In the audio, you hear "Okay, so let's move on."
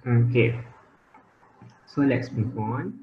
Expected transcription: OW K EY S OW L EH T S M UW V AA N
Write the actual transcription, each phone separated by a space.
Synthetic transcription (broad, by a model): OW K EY S OW L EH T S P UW P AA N